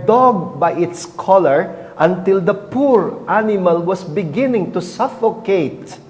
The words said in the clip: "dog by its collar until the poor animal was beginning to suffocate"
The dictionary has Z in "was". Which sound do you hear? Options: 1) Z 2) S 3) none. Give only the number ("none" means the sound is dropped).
2